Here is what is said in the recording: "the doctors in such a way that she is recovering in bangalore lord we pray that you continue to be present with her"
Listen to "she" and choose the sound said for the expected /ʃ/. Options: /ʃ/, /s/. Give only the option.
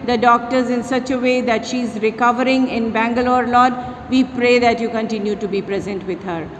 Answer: /ʃ/